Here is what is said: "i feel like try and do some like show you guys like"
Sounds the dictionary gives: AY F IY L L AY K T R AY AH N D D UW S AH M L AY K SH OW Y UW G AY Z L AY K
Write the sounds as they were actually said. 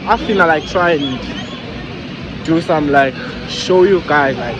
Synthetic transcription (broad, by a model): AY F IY N L AY K T R AY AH N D D UW S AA M L AY K SH OW Y UW G AY Z L AY K